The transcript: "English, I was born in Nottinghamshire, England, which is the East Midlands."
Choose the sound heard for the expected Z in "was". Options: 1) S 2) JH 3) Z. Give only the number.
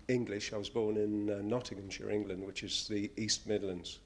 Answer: 3